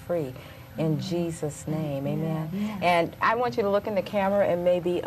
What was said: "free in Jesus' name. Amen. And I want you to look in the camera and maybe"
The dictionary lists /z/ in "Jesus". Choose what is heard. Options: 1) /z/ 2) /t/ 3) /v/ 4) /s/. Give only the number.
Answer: 1